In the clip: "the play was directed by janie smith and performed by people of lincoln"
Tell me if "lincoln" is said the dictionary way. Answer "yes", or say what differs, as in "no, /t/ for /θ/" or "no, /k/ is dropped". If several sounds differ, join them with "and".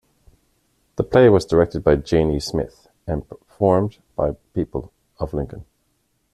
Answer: yes